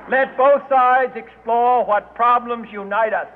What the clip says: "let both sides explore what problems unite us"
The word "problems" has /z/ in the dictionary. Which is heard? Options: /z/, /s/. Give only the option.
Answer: /z/